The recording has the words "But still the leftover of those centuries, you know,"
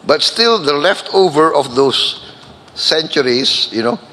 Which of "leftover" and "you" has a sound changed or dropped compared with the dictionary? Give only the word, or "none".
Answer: none